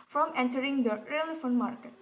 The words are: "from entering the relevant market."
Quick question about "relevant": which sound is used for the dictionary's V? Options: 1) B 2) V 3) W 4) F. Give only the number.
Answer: 4